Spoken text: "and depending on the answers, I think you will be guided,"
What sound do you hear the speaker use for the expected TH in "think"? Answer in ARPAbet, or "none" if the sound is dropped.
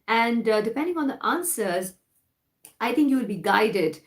T